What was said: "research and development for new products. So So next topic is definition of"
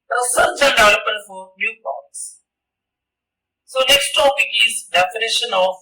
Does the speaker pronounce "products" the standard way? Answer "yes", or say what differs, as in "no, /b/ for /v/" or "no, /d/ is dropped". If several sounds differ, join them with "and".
no, /ɹ/ is dropped